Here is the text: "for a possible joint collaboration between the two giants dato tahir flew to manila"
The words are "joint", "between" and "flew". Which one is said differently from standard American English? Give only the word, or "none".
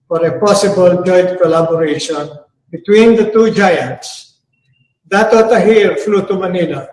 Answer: joint